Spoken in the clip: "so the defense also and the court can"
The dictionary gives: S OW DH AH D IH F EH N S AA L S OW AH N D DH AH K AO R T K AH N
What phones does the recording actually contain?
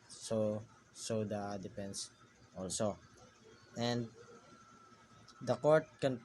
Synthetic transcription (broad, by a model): S OW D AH D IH P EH N S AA L S OW AH N D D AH K AO R T K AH N